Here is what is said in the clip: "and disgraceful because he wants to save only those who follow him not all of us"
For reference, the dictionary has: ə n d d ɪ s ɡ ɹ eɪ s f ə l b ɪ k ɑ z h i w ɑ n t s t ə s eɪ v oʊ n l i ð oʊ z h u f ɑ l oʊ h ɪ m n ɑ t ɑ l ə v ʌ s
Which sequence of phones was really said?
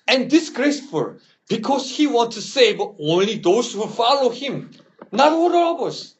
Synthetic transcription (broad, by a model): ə n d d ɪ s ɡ ɹ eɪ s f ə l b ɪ k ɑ s h i w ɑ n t s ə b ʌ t oʊ n l i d oʊ s h u f ɑ l oʊ h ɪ m n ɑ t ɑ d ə b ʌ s